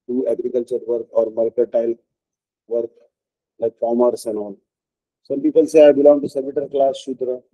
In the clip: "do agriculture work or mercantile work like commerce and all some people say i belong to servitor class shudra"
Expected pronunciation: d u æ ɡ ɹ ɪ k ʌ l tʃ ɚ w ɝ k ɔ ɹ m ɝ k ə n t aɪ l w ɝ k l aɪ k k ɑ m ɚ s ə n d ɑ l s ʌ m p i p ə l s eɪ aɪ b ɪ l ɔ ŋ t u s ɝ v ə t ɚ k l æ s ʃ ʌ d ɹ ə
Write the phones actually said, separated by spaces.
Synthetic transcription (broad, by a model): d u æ ɡ ɹ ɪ k ʌ l tʃ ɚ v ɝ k ɔ ɹ m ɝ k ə t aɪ l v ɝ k l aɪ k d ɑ m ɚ s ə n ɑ n s ʌ m p i p ə l s eɪ aɪ b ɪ l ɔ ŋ t u s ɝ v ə t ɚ k l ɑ s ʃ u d ɹ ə